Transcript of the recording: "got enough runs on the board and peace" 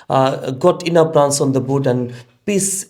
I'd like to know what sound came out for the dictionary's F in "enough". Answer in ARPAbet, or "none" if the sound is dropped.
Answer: P